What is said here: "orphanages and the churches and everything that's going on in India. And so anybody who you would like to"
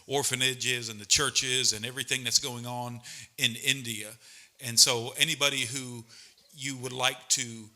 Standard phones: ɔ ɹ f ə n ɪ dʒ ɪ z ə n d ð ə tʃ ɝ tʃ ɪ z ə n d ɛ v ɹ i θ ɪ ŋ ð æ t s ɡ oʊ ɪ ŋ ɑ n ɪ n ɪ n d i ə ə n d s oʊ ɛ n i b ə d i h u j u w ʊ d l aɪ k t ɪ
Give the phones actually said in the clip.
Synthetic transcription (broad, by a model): ɔ ɹ f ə n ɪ dʒ ɪ z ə n ð ə tʃ ɝ tʃ ɪ z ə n ɛ v ɹ i θ ɪ ŋ ð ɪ t s ɡ oʊ ɪ ŋ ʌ n ɪ n ɪ n d i ə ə n s oʊ ɛ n i b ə d i h u j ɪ w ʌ d l aɪ k t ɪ